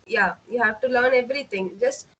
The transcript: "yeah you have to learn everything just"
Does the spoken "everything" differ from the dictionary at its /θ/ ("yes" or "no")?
yes